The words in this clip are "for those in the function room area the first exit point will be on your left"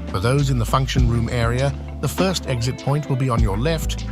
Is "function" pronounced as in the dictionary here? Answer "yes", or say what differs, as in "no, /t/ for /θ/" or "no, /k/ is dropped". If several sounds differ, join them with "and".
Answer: yes